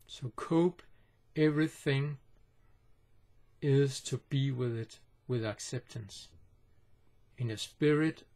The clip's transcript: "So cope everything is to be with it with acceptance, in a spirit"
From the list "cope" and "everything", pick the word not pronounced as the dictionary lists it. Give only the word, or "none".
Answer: none